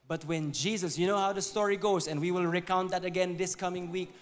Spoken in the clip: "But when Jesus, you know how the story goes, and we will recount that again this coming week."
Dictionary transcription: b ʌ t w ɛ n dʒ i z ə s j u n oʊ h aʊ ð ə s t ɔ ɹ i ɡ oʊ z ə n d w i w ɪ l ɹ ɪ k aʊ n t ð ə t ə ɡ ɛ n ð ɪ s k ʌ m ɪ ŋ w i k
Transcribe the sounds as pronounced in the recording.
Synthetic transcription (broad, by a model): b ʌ t w ɛ n dʒ i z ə s j u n oʊ h aʊ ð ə s t ɔ ɹ i ɡ oʊ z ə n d w i w ɪ l ɹ ɪ k aʊ n t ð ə t ə ɡ ɛ n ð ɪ s k ʌ m ɪ ŋ w i k